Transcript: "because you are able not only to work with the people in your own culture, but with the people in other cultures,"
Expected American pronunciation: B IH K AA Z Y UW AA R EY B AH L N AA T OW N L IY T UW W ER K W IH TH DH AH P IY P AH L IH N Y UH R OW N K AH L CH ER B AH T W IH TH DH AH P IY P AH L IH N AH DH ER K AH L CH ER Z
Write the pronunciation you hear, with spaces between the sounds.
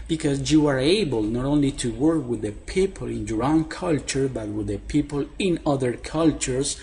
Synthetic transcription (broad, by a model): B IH K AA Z Y UW AA R EY B AH L N AA T OW N L IY T UW W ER K W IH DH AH P IY P AH L IH N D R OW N K AH L CH ER B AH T W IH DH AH P IY P AH L IH N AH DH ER K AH L CH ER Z